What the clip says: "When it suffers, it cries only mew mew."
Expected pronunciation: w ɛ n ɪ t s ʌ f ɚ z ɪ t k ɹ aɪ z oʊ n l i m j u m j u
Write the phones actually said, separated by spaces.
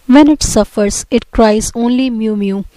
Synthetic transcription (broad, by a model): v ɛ n ɪ t s ʌ f ɚ z ɪ t k ɹ aɪ z oʊ n l i m j u m j u